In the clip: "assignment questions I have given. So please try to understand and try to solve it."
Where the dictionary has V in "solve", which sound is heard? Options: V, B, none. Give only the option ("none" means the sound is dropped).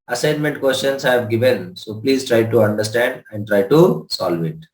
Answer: V